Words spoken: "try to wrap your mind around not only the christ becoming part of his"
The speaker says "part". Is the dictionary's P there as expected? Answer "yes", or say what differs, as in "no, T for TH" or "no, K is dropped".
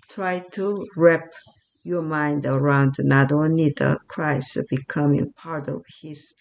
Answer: yes